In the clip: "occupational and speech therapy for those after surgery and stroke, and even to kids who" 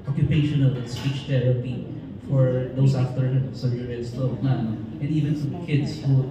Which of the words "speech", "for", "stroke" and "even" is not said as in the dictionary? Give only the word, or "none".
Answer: stroke